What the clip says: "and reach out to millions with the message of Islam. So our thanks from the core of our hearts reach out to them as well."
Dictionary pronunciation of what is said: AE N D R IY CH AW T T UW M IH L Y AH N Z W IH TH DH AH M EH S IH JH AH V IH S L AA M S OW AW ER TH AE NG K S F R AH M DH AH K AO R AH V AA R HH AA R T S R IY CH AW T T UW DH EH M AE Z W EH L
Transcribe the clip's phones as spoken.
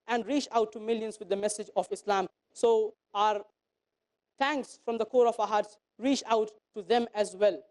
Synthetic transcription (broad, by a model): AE N D R IY CH AW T T UW M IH L Y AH N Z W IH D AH M EH S IH JH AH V IH S L AA M S OW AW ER T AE NG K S F R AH M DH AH K AO R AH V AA HH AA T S R IY CH AW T T UW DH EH M AE Z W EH L